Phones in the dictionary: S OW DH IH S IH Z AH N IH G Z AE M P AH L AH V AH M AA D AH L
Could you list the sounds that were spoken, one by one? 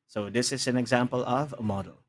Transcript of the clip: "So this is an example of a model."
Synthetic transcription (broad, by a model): S OW DH IH S IH Z AH N IH G Z AE M P AH L AH V AH M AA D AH L